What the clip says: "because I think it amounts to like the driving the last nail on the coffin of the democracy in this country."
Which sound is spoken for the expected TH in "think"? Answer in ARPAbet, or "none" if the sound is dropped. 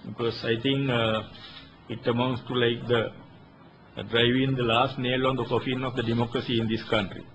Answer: T